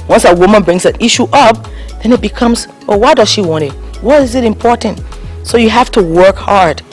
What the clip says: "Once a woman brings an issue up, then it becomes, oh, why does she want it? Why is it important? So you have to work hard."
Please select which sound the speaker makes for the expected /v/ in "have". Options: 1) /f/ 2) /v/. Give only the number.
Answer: 1